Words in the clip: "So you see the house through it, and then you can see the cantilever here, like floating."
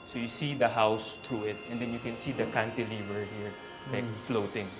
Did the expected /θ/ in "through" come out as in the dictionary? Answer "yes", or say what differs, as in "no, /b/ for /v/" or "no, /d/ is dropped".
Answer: no, /t/ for /θ/